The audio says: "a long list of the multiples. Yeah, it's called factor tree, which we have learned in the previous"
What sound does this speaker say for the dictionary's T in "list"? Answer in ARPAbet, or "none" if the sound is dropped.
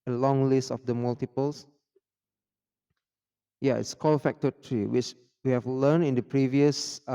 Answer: T